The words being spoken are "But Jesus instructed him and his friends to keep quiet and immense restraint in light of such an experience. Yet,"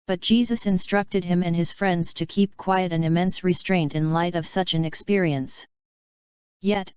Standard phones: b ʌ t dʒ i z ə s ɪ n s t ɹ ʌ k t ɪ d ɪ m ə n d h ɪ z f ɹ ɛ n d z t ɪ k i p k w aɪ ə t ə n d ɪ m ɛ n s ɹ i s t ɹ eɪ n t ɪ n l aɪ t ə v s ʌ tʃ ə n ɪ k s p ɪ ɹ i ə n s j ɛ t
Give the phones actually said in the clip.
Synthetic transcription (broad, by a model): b ʌ t dʒ i z ə s ɪ n s t ɹ ʌ k t ɪ d ɪ m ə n ɪ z f ɹ ɛ n d z t ɪ k i p k w aɪ ə t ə n ɪ m ɛ n s ɹ i s t ɹ eɪ n t ɪ n l aɪ t ə v s ʌ tʃ ə n ɪ k s p ɪ ɹ i ə n s j ɛ t